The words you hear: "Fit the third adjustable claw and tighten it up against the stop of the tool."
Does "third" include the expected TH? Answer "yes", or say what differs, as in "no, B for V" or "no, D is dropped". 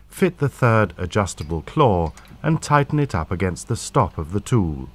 yes